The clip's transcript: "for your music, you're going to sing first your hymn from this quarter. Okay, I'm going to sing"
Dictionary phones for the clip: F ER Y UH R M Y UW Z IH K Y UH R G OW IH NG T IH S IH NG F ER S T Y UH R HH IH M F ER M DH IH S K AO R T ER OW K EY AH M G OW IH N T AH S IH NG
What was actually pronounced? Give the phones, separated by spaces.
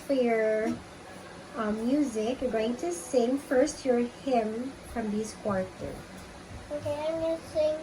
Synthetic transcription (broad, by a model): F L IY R M Y UW Z IH K Y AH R G OW IH NG T IH S IH NG F ER S T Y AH R HH IH M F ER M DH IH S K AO R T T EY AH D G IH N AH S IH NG